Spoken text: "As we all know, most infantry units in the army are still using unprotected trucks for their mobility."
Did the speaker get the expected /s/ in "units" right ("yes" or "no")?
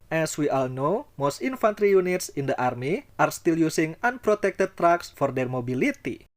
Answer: yes